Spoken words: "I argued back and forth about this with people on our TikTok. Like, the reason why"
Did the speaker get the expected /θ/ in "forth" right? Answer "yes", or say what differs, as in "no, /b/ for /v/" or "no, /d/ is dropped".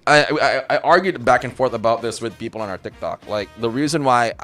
yes